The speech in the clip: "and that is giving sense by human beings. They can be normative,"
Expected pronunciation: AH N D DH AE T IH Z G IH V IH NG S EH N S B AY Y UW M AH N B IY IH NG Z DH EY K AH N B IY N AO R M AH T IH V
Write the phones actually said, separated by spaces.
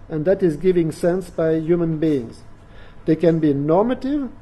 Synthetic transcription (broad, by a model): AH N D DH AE T IH Z G IH V IH NG S EH N S B AY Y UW M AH N B IY IH NG Z DH EY K AH N B IY N AO R M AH T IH V